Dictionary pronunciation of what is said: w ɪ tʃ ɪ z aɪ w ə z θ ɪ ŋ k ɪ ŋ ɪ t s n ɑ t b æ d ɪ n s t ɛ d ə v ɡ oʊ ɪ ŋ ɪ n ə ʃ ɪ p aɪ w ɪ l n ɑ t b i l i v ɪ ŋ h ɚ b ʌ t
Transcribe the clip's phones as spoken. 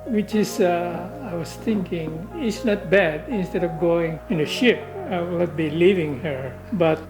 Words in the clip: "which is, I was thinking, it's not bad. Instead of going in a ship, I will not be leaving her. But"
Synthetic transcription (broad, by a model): w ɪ tʃ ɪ s aɪ w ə s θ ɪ ŋ k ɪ ŋ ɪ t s n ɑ t b æ d ɪ n s t ɛ d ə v ɡ oʊ ɪ ŋ ɪ n ə ʃ ɪ p aɪ w ɪ l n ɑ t b i l i v ɪ ŋ h ɚ b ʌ t